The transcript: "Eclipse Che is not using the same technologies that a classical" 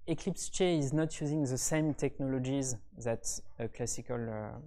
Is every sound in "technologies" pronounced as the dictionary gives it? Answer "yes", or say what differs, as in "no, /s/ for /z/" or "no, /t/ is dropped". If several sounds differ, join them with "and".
yes